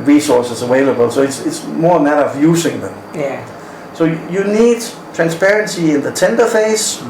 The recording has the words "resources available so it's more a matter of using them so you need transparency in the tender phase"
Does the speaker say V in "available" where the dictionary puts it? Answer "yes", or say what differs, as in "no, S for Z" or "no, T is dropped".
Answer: no, W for V